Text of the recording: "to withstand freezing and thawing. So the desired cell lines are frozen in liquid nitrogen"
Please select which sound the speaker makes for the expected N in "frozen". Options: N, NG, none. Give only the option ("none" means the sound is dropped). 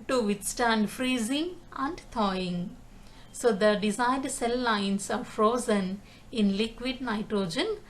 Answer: N